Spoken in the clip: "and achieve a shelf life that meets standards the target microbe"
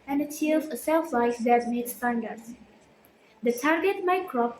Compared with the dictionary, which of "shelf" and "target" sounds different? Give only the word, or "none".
shelf